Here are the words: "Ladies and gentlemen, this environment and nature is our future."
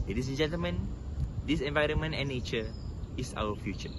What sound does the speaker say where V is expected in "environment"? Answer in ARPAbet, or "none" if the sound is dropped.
V